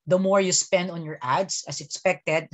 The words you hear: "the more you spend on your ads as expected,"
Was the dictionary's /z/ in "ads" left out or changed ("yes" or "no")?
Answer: yes